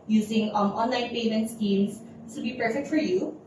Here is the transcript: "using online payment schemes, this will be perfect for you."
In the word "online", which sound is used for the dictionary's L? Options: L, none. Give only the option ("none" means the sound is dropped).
L